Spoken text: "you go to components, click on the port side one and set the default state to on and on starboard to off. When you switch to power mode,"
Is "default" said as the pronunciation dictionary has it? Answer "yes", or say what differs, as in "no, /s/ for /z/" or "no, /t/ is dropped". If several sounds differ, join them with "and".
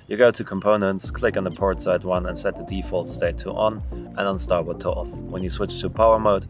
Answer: yes